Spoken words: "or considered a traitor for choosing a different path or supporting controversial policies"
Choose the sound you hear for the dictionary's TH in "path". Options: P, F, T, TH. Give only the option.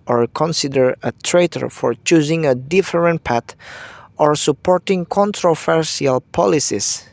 T